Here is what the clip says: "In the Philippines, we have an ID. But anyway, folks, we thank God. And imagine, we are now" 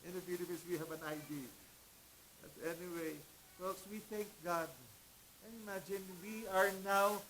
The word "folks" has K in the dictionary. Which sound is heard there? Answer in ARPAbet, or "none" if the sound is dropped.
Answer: none